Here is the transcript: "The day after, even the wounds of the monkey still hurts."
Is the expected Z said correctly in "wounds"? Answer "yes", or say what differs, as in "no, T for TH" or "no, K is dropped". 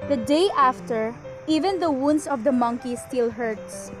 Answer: no, S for Z